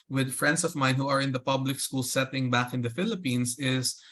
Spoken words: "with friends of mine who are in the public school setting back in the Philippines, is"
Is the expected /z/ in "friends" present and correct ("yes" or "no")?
no